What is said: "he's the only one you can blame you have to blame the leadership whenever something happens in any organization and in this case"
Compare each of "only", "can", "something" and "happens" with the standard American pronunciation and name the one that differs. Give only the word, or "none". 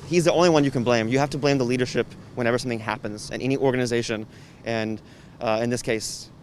none